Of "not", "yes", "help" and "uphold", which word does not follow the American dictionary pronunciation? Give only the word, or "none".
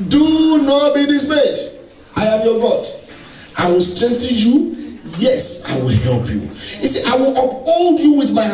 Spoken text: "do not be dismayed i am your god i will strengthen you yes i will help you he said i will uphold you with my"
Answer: none